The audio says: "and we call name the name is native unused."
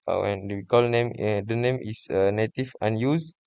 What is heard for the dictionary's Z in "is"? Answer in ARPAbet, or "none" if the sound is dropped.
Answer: S